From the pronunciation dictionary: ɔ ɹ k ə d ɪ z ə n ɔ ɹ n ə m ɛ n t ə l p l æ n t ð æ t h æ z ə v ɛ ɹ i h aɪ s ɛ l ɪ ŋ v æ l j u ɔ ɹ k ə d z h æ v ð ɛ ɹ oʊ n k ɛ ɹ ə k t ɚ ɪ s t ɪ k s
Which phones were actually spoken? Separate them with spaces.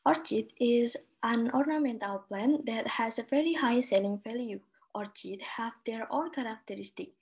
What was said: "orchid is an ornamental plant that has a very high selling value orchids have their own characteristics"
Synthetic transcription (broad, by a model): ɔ ɹ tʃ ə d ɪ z ə n ɔ ɹ n ə m ɛ n t ə l p l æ n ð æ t h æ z ə v ɛ ɹ i h aɪ s ɛ l ɪ ŋ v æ l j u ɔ ɹ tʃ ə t h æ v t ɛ ɹ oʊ l k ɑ ɹ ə k t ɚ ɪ s t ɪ k